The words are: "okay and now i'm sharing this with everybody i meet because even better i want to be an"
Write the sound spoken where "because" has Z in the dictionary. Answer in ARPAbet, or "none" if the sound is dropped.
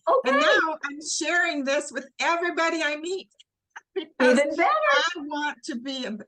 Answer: none